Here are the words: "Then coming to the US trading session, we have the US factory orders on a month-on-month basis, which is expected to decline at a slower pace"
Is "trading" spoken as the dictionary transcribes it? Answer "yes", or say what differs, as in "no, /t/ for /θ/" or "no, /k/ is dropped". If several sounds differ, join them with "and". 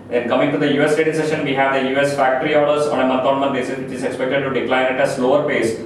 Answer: no, /ɹ/ is dropped